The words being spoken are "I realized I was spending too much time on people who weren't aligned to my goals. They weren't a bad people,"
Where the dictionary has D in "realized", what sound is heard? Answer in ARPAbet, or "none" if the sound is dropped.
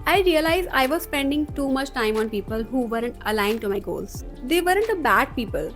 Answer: none